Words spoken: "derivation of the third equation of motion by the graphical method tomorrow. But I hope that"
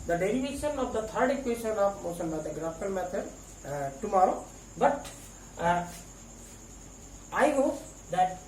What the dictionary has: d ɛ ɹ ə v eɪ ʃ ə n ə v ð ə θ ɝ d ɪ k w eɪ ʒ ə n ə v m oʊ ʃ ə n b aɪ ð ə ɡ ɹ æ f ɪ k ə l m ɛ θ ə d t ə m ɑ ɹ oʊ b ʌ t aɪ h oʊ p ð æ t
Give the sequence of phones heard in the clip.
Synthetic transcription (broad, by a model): d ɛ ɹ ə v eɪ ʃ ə n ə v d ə t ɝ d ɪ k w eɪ ʃ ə n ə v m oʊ s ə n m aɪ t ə ɡ ɹ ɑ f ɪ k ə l m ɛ t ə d t ə m ɑ ɹ oʊ b ʌ t aɪ h oʊ p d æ t